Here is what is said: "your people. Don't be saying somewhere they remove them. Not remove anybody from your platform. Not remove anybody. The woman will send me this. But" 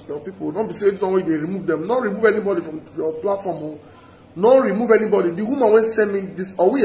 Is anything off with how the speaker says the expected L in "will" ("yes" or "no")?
yes